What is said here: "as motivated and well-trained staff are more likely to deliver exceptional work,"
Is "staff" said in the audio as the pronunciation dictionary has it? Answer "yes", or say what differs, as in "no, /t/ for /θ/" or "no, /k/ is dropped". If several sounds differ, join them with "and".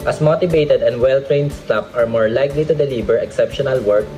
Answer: no, /p/ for /f/